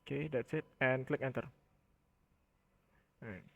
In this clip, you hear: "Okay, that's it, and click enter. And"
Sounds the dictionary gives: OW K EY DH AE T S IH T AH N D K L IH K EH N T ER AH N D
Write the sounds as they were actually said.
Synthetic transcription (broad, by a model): K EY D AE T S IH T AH N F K L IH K EH N T ER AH